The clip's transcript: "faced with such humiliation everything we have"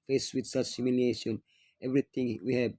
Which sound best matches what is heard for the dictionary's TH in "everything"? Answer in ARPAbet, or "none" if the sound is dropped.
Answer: T